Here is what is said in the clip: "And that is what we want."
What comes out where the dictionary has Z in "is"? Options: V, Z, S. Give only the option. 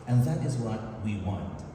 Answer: Z